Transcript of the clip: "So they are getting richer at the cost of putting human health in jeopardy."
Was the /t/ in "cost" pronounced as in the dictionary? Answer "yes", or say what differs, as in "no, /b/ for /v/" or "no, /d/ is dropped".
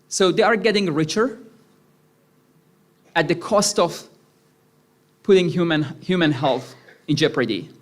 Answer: yes